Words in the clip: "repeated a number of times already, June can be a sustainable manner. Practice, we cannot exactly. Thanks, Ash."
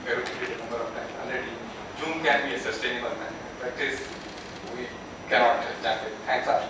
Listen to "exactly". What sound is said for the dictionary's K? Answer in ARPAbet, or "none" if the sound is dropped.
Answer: none